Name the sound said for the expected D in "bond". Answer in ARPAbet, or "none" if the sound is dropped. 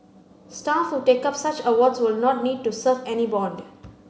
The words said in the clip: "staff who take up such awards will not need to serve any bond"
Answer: D